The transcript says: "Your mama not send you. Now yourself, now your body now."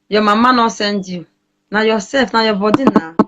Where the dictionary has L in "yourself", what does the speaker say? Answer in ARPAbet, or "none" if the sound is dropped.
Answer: none